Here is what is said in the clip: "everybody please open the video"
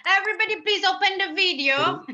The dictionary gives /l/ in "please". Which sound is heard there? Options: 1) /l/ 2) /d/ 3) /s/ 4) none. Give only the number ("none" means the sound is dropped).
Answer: 1